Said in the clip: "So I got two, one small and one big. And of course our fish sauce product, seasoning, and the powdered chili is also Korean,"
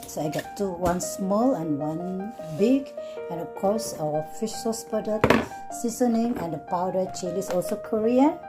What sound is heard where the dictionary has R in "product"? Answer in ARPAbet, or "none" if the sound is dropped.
none